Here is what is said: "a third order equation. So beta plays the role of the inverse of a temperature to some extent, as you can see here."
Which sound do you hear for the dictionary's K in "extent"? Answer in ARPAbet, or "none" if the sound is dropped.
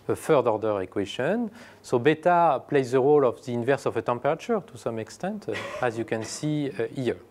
K